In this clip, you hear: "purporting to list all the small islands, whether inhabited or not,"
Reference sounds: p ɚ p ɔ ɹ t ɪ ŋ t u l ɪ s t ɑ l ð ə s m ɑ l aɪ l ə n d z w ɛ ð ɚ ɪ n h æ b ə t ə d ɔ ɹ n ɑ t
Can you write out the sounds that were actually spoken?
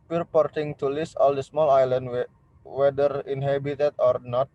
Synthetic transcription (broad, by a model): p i p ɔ ɹ t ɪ ŋ t u l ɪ s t ɑ l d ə s m ɑ l aɪ l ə n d w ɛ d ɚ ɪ n h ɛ b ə t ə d ɔ ɹ n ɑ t